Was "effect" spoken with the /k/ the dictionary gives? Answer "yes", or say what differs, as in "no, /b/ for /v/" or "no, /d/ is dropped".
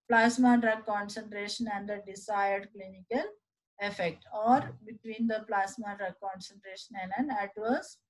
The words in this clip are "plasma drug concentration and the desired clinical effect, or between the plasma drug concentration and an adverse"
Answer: yes